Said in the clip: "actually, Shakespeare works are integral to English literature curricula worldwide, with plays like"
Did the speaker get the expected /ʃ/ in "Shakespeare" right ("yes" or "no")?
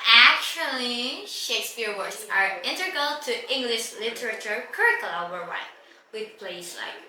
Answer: yes